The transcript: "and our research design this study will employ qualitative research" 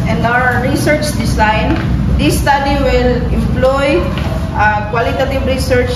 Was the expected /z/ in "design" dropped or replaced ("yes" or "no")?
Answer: yes